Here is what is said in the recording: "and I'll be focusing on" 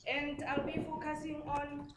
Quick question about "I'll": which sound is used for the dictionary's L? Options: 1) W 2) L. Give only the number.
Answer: 2